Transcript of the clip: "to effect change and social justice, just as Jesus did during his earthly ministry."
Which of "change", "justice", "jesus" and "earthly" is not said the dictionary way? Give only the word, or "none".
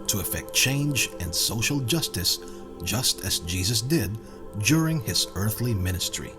none